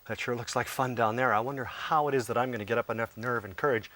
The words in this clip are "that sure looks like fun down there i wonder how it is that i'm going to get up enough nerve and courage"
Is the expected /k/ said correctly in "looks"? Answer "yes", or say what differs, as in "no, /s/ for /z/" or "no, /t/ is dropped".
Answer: yes